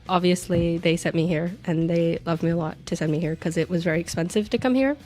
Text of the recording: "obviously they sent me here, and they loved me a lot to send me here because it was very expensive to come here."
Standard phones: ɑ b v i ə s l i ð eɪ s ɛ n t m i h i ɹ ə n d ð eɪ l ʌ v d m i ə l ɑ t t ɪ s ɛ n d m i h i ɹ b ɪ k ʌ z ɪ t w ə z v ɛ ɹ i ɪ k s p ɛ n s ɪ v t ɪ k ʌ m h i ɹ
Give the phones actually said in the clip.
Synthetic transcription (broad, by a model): ɑ b v i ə s l i ð eɪ s ɛ t m i h i ɹ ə n ð eɪ l ʌ v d m i ə l ɑ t t ɪ s ɛ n m i h i ɹ k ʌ z ɪ t w ə z v ɛ ɹ i ɪ k s p ɛ n s ɪ v t ɪ k ʌ m h i ɹ